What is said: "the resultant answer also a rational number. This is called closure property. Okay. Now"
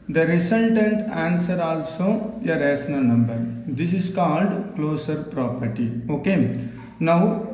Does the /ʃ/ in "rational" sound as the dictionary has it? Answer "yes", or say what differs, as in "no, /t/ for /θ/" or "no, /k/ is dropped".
no, /s/ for /ʃ/